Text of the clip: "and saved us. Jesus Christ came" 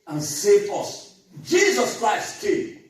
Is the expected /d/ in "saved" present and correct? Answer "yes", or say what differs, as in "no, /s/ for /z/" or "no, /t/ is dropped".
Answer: no, /d/ is dropped